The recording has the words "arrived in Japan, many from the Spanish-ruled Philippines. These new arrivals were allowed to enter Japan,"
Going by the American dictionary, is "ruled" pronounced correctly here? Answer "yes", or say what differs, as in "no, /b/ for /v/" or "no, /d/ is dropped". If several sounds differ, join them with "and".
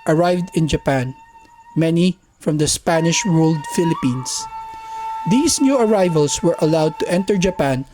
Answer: no, /w/ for /ɹ/